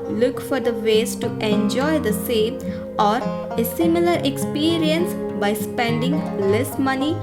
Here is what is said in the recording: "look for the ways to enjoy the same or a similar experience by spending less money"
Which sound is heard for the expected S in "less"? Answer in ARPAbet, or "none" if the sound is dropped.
S